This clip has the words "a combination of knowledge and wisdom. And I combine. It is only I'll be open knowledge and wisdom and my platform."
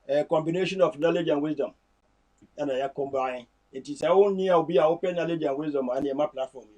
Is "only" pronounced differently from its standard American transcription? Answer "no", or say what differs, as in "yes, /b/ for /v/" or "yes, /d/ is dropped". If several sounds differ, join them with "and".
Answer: yes, /n/ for /l/